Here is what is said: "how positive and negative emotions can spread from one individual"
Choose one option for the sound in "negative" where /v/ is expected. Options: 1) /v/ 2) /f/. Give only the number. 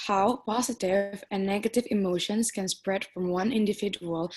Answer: 1